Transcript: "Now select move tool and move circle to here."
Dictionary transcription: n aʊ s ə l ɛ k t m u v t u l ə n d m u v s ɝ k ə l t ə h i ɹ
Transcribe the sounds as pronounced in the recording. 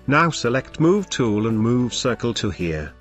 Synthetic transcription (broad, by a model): n aʊ s ə l ɛ k t m u v t u l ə n m u v s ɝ k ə l t ə h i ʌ